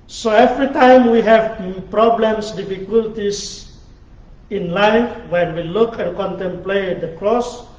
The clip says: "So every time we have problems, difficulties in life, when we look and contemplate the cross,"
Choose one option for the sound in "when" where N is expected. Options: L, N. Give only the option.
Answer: N